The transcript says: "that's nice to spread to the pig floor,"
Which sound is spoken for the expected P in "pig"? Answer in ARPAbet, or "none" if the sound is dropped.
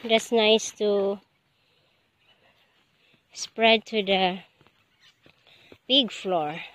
B